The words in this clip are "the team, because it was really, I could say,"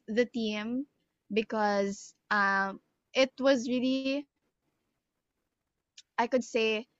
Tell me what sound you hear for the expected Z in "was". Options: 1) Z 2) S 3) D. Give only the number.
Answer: 1